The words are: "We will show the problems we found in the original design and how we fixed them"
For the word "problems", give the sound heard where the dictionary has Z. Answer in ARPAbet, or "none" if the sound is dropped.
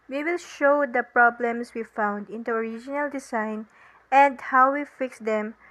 S